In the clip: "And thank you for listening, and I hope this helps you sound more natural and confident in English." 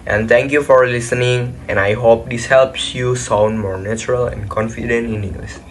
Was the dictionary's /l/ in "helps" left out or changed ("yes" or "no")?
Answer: no